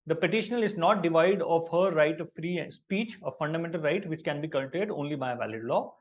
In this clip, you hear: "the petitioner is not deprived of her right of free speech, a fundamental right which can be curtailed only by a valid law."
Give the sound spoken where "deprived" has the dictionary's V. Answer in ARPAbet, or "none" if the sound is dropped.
none